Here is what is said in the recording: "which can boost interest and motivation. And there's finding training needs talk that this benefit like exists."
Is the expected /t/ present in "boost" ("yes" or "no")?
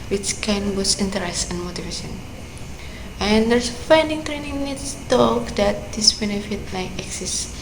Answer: no